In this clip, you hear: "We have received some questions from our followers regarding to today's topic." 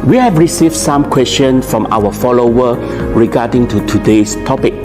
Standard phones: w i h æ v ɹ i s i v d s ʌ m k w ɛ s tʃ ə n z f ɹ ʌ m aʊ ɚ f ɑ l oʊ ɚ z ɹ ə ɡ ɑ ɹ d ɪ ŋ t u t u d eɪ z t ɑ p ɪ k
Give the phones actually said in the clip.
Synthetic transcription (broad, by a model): w i h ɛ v ɹ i s i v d s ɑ m k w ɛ s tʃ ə n s f ɹ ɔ m aʊ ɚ f ɑ l oʊ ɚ ɹ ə ɡ ɑ d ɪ ŋ t u t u d eɪ s t ɑ p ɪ k